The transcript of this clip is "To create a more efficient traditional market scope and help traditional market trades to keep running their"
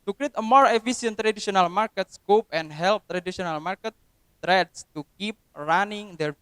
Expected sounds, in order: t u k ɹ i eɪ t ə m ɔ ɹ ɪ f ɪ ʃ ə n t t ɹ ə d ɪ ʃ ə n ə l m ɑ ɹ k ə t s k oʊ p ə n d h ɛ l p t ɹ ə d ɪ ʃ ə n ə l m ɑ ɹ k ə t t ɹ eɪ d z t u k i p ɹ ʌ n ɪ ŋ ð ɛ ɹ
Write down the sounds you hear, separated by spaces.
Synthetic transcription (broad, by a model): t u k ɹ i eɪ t ə m ɔ ɹ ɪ f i s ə n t t ɹ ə d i s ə n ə l m ɑ ɹ k ə t s k oʊ p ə n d h ɛ l p t ɹ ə d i s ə n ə l m ɑ ɹ k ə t t ɹ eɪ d s t u k i p ɹ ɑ n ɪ ŋ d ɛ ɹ